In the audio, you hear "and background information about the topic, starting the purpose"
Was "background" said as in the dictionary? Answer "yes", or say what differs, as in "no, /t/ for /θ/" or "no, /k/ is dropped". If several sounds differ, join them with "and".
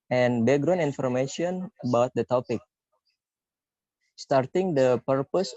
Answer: no, /k/ is dropped and /d/ is dropped